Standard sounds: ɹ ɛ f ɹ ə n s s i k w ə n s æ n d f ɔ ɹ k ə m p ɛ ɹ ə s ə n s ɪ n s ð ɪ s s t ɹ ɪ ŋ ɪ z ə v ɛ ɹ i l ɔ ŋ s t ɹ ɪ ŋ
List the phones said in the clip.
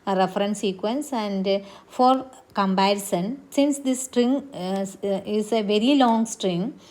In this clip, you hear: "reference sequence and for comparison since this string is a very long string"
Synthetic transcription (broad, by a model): ɹ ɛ f ɹ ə n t s i k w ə n s æ n d f ɔ ɹ k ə m b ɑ ə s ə n s ɪ n s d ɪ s s t ɹ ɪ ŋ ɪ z ə v ɛ ɹ i l ɔ ŋ s t ɹ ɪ ŋ